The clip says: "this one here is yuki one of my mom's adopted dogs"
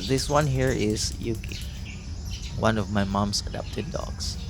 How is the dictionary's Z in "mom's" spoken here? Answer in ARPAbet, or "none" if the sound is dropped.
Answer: S